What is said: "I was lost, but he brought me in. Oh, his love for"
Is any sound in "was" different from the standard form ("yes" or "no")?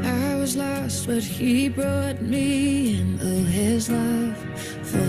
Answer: no